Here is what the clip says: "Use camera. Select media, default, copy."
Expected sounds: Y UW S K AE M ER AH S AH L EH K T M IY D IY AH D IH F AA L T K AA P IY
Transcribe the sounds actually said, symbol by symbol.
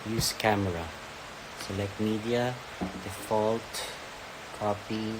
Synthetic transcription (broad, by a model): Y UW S K AE M ER AH S AH L EH K T M IY D IY AH D IH F AA L T K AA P IY